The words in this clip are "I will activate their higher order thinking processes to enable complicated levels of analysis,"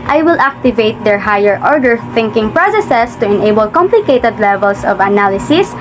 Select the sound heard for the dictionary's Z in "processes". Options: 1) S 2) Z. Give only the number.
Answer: 1